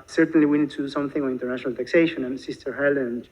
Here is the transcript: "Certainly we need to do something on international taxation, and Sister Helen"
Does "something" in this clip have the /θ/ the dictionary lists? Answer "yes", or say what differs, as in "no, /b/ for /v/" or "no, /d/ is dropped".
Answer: yes